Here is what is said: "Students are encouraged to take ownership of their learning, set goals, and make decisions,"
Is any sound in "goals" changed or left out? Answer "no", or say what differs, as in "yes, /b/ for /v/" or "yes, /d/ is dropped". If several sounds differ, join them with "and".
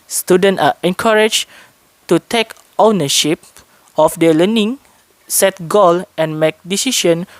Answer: yes, /z/ is dropped